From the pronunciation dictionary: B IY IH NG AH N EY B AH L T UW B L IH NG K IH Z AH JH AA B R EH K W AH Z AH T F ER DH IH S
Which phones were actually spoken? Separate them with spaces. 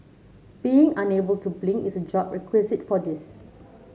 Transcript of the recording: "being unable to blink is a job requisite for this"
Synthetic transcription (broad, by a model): B IY IH NG AH N EY B AH L T UW B L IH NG IH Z AH JH AA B R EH K W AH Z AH T F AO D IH S